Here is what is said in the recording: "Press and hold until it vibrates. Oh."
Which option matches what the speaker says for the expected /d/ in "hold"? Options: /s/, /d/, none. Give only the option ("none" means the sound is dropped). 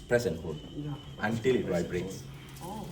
none